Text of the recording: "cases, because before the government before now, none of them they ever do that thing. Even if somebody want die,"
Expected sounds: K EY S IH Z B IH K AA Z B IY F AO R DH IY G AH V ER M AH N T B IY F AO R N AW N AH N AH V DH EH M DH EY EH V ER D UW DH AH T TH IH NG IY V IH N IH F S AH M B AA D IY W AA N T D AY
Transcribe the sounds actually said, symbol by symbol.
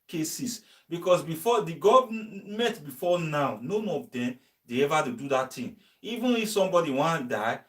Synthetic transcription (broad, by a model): K EY S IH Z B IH K AA S B IY F AO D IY G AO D M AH T B IY F AO N AW N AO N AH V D EH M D EY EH V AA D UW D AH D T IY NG IY V IH N IH F S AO M B AA D IY W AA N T D AY